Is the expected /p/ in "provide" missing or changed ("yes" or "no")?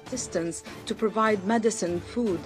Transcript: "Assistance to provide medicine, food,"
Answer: no